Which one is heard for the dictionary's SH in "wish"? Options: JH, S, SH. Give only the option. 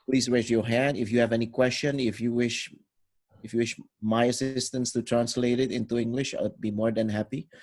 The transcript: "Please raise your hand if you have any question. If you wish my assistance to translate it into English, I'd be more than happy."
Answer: SH